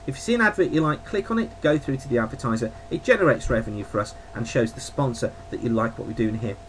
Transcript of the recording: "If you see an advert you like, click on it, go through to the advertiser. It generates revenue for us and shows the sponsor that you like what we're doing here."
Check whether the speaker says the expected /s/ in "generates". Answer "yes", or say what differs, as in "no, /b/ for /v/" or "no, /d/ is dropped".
yes